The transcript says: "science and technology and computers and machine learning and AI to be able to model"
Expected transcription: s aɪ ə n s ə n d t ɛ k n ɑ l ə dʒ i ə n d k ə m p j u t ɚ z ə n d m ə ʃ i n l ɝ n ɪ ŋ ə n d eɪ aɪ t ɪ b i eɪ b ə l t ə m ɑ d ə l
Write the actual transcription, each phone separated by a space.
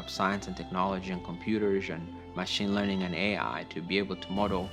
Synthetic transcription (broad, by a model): s aɪ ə n s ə n t ɛ k n ɑ l ə dʒ i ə n k ə m p j u t ɚ z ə n m ə ʃ i n l ɝ n ɪ ŋ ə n eɪ aɪ t ɪ b i eɪ b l t ə m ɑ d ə l